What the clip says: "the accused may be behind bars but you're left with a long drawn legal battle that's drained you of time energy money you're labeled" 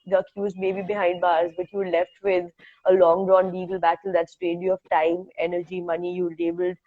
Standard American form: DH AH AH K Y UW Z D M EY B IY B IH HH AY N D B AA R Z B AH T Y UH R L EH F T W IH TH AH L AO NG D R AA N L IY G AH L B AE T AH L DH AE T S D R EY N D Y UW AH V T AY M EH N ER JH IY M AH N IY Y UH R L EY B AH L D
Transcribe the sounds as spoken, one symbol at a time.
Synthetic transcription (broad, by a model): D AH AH K Y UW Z M EY B IY B IH HH AY N D B AA R Z B AH T Y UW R L EH F T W IH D AH L AO NG D R AA N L IY G AH L B AE T AH L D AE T S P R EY D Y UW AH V T AY M EH N ER JH IY M AH N IY Y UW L EY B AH L D